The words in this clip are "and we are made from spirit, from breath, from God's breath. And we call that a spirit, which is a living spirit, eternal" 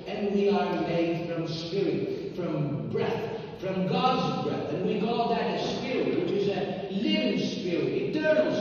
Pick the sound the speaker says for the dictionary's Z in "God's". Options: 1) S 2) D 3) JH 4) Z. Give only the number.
4